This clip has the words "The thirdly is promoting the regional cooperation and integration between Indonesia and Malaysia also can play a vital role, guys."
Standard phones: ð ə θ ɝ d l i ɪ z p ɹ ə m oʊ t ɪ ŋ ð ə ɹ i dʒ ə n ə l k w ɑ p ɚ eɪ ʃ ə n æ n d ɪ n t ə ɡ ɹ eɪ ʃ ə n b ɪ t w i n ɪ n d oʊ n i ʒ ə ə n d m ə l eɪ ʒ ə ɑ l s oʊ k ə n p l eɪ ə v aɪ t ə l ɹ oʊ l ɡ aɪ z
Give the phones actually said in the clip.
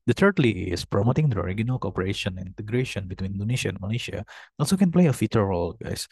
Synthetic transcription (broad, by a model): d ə t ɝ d l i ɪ s p ɹ ə m oʊ t ɪ ŋ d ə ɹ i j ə n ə l k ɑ p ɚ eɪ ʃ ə n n ɪ n t ə ɡ ɹ eɪ ʃ ə n b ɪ t w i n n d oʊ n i ʃ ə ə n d m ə l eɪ ʃ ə ɑ l s oʊ k ə n p l eɪ ə f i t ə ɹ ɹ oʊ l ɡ aɪ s